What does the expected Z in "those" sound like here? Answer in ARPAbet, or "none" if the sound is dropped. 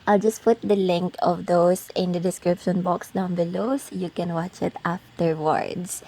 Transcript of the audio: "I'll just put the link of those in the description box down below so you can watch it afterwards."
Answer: S